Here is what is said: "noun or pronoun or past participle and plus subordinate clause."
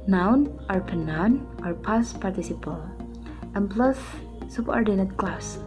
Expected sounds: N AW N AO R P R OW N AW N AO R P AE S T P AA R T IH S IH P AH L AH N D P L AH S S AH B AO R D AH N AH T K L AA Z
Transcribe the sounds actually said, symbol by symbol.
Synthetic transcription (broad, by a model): N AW N AO R P OW N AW N AO R P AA S P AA R T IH S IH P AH L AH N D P L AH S S AH B AO R D AH N AH T K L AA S